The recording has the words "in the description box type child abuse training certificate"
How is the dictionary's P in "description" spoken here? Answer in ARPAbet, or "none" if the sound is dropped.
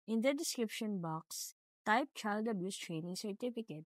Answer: P